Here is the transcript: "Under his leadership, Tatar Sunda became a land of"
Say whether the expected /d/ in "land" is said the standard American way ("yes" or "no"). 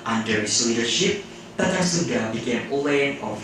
no